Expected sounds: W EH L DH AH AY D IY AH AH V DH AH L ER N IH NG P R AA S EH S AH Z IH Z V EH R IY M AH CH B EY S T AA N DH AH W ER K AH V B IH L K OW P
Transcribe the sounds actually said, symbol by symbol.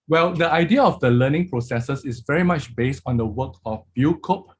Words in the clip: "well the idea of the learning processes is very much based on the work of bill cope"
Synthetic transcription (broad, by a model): W EH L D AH AY D IY AH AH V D AH L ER N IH NG P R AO S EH S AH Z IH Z V EH R IY M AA CH B EY S T AA N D AH W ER K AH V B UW K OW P